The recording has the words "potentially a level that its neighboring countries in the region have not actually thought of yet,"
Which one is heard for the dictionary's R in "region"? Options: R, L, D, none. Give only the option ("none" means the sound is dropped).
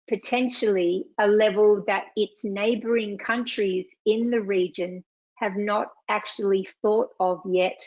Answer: R